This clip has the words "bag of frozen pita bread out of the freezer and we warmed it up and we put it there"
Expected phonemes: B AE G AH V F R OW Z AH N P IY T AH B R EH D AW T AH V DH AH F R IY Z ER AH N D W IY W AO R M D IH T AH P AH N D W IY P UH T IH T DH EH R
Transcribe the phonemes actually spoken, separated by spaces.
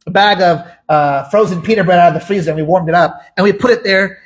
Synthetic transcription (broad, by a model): B AE G AH V F R OW Z AH N P IY T AH B R EH D AW T AH V DH AH F R IY Z ER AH N W IY W AO R M D IH T AH P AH N W IY P UH T IH T DH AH R